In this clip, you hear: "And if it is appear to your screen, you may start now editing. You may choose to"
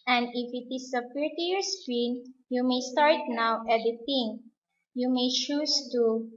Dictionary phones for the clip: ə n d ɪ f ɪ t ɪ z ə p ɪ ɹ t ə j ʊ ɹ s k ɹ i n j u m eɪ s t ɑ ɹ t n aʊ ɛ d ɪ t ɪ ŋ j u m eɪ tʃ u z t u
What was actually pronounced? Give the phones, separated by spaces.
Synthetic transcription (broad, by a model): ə n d ɪ f ɪ t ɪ s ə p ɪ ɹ t ə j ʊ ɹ s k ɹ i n j u m eɪ s t ɑ ɹ t n aʊ ɛ d ɪ t ɪ ŋ j u m eɪ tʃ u s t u